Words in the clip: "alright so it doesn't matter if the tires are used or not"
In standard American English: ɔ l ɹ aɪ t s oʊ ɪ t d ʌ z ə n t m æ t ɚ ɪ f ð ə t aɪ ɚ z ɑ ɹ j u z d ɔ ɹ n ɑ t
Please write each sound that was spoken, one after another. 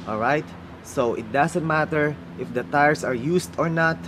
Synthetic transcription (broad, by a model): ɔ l ɹ aɪ t s oʊ ɪ t d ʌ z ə n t m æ t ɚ ɪ f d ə t aɪ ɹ s ɑ ɹ j u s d ɔ ɹ n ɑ t